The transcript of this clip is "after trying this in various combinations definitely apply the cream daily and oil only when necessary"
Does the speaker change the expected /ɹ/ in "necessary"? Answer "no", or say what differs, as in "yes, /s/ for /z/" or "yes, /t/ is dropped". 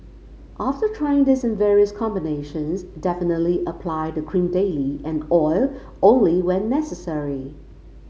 no